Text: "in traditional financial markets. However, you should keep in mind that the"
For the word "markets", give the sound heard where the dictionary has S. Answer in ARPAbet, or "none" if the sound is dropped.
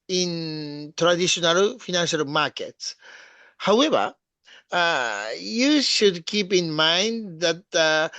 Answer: S